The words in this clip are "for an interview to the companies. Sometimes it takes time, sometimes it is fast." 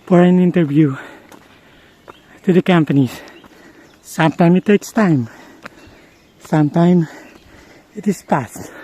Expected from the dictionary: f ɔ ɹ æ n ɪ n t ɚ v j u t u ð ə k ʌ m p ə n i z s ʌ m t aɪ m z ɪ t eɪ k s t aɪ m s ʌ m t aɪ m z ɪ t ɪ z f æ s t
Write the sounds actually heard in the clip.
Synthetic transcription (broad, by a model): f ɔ ɹ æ n ɪ n t ɚ v j u t u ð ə k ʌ m p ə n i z s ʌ m t aɪ m ɪ t eɪ k s t aɪ m s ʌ m t aɪ m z ɪ t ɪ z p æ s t